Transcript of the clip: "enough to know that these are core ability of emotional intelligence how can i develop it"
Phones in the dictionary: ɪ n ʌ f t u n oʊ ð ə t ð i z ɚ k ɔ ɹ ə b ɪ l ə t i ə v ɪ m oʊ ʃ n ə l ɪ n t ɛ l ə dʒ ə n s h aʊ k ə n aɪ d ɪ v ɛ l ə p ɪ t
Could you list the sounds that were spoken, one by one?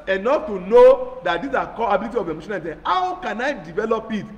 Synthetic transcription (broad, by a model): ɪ n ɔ f t u n oʊ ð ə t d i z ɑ k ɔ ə b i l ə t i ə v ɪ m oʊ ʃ ə n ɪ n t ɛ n h aʊ k ə n aɪ d ɪ v ɛ l ə p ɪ t